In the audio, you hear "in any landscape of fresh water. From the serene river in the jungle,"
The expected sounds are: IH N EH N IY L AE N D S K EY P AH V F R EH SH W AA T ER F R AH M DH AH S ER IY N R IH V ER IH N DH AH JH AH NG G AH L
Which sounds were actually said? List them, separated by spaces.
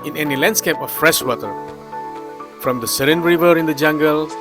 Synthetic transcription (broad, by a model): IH N EH N IY L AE N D S K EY P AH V F R EH SH W AA T ER F R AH M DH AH S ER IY N R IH V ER IH N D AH JH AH NG G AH L